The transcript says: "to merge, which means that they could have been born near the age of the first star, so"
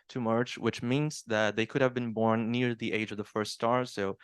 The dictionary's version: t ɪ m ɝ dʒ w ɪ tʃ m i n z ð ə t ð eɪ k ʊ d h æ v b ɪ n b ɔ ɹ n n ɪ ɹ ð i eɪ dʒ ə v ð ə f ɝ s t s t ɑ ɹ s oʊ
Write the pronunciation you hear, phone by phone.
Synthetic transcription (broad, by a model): t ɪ m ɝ tʃ w ɪ tʃ m i n z ð ə t ð eɪ k ʊ d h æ v b ɪ n b ɔ ɹ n n ɪ ɹ ð i eɪ dʒ ə v ð ə f ɝ s t s t ɑ ɹ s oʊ